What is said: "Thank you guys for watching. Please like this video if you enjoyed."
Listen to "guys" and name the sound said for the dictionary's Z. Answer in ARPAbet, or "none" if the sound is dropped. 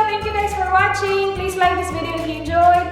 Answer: S